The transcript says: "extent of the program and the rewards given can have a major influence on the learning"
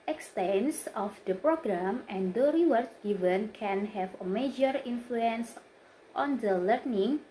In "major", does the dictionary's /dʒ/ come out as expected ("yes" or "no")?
yes